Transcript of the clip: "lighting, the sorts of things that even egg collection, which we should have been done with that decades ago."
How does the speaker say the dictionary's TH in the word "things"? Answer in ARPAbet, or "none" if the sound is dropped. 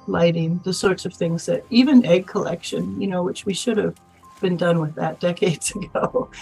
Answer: TH